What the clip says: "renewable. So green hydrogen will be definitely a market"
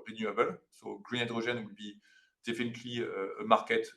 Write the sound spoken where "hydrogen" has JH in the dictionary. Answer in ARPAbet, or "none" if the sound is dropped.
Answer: ZH